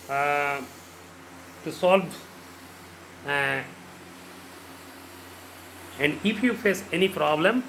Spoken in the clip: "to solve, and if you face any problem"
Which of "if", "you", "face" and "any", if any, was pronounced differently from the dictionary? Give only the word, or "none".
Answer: if